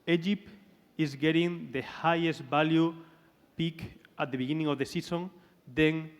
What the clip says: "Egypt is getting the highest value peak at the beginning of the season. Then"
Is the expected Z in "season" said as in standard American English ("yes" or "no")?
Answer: no